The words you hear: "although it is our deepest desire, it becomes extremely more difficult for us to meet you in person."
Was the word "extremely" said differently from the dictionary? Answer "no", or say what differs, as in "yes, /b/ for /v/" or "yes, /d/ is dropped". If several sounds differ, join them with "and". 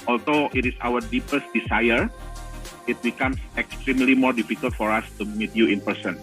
no